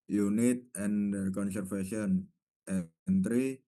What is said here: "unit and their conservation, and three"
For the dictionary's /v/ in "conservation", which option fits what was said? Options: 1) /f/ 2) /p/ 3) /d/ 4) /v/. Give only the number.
1